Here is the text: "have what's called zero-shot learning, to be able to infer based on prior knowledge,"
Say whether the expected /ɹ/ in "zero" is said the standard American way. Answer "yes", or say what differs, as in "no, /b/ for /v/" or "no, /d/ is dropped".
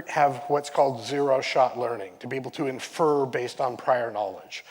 yes